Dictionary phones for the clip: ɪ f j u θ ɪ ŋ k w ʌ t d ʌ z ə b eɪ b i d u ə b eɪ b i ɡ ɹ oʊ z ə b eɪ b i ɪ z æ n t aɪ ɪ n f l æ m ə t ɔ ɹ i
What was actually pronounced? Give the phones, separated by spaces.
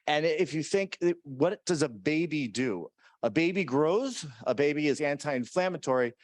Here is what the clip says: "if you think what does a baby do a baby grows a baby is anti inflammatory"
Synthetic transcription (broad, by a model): ɪ f j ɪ θ ɪ ŋ k w ʌ t d ʌ z ə b eɪ b i d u ə b eɪ b i ɡ ɹ oʊ z ə b eɪ b i ɪ z æ n t aɪ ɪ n f l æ m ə t ɔ ɹ i